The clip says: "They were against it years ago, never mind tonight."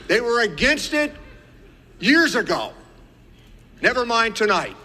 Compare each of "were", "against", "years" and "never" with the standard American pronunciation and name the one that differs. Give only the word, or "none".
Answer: none